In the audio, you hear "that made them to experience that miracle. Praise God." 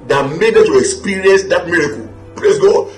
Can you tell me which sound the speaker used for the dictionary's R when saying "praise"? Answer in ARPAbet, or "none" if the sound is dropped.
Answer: L